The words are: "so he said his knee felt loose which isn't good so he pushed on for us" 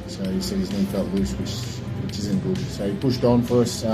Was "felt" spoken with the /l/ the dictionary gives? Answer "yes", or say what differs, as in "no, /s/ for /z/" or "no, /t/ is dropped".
no, /l/ is dropped